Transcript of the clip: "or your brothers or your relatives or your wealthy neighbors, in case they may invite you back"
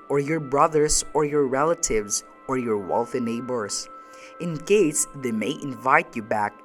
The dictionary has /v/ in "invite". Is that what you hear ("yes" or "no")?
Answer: yes